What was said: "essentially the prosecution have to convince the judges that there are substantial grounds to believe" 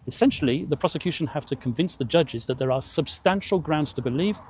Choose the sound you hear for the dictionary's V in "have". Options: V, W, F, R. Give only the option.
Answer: F